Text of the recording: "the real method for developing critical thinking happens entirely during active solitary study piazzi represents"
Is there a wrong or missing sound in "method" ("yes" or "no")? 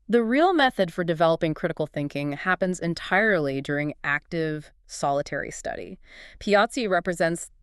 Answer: no